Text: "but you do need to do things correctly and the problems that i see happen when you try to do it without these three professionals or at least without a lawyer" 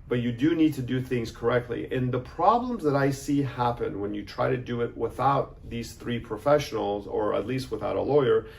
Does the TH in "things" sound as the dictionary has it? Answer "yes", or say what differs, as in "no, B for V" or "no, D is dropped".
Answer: yes